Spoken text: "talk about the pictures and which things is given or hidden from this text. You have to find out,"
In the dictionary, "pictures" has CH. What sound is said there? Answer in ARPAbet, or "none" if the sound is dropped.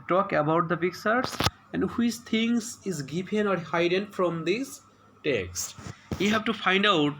S